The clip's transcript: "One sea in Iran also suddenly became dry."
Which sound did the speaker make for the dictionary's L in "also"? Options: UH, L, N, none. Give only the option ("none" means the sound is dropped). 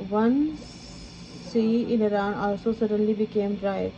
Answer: none